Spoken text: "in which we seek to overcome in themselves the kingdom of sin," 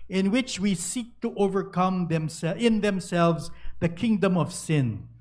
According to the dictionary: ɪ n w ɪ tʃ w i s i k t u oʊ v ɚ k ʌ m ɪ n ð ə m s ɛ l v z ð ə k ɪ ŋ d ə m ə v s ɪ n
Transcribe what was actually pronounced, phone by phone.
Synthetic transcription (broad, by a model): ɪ n w ɪ tʃ w i s i k t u oʊ v ɚ k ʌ m ɪ n ð ə m s ɛ l v z ð ə k ɪ ŋ d ə m ə v s ɪ n